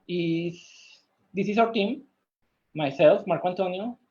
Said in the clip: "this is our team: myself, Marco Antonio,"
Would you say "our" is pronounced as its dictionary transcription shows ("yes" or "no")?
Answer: no